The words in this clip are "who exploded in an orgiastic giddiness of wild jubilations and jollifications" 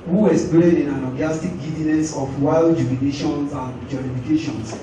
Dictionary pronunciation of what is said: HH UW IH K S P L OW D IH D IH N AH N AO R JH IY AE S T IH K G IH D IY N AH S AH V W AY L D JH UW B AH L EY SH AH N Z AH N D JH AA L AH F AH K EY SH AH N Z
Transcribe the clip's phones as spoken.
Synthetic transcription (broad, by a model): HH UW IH S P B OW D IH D IH N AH L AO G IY S T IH K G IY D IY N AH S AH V W AY L D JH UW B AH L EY SH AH N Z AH N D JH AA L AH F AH K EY SH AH N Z